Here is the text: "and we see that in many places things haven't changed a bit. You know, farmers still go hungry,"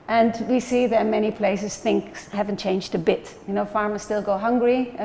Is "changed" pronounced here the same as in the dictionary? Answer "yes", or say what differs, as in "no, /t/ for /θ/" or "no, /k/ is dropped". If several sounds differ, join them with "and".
yes